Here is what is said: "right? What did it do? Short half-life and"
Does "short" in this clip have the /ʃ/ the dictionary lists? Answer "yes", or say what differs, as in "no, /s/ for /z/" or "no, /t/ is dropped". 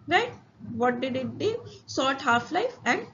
no, /s/ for /ʃ/